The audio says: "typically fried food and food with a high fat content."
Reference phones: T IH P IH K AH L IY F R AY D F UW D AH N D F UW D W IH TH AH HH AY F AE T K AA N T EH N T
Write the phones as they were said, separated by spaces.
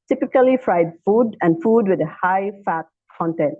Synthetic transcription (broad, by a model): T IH P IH K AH L IY F R AY D F UW D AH N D F UW D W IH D AH HH AY F AE T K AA N T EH N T